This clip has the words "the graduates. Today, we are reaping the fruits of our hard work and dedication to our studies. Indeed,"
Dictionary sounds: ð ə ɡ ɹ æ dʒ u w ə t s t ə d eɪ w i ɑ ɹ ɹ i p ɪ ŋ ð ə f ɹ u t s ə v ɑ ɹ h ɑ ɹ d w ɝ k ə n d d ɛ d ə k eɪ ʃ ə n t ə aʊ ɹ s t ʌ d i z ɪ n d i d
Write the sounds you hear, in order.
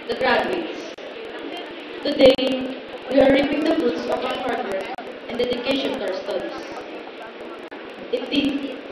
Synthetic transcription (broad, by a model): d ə ɡ ɹ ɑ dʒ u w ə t s t ə d eɪ w i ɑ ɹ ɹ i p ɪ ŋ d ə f u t s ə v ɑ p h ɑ ɹ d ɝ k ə n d d ɛ d ə k eɪ ʃ ə n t aʊ ɹ s t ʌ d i s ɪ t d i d